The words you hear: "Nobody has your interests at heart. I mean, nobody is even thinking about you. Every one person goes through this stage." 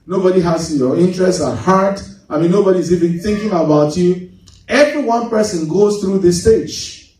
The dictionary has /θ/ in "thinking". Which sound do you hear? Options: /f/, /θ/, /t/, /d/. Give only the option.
/θ/